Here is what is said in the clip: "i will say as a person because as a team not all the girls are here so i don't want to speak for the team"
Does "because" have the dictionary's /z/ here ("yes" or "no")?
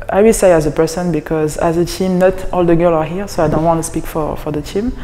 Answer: yes